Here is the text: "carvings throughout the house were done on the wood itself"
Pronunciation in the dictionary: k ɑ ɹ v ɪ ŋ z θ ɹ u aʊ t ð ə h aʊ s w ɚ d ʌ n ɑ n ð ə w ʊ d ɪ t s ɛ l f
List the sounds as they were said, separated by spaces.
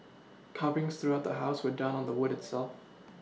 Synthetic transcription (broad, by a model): k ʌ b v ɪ ŋ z θ ɹ u aʊ t ð ə h aʊ s w ɚ d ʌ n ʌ n ð ə w ʊ d ɪ t s ɛ l f